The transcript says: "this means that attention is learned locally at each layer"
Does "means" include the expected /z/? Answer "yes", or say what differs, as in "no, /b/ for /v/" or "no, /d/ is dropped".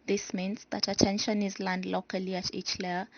no, /s/ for /z/